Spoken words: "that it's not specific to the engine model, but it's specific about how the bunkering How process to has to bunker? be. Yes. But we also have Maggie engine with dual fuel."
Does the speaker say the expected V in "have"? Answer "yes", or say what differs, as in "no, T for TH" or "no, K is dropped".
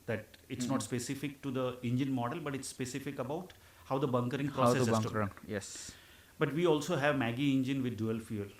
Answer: yes